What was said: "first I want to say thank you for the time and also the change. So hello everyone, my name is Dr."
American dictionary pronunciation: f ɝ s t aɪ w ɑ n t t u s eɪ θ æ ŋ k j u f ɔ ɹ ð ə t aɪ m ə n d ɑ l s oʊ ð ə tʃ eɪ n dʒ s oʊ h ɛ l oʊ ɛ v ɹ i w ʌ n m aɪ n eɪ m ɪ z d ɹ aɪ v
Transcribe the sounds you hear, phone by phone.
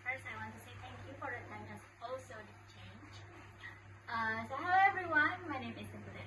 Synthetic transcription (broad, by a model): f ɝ s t aɪ w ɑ n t t u s eɪ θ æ ŋ k j u f ɔ ɹ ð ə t aɪ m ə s ɑ l s oʊ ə tʃ eɪ n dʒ s oʊ h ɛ ʊ ɛ v ɹ i w ʌ n m aɪ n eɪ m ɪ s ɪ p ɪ